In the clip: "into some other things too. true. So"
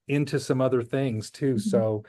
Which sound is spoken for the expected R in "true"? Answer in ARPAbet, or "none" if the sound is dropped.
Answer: none